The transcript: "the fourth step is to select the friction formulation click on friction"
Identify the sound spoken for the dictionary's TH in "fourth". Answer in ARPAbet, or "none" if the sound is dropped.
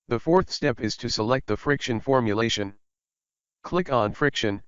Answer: TH